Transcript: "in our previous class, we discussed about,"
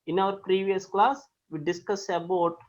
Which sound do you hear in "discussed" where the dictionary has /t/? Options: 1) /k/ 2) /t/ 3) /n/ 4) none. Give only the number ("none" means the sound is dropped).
4